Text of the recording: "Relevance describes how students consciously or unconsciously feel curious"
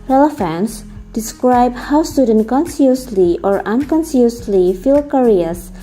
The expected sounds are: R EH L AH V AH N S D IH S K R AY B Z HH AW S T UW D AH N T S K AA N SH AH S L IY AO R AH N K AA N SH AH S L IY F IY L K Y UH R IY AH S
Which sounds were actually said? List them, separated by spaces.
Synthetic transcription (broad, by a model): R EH L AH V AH N S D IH S K R AY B HH AW S T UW D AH N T K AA N S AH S L IY AO R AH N K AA N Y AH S L IY F IY L K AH R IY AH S